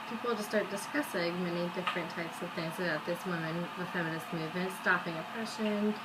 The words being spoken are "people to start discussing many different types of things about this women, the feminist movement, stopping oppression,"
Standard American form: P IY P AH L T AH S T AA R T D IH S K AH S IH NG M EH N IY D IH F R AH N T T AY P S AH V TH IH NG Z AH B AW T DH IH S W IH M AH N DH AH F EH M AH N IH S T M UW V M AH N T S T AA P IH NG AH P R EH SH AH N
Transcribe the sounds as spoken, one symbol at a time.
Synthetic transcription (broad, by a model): P IY P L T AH S T AA R T D IH S K AH S IH NG M EH N IY D IH F R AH N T T AY P S AH V TH IH NG Z AH B AW T DH IH S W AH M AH N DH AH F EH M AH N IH S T M UW V M AH N T S T AA P IH NG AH P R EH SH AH N